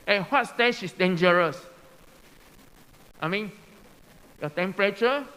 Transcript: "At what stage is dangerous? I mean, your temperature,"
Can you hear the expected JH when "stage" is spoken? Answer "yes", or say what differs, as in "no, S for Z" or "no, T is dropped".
no, SH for JH